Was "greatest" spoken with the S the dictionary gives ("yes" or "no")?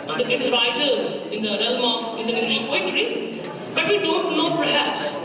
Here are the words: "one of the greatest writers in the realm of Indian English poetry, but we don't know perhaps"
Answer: no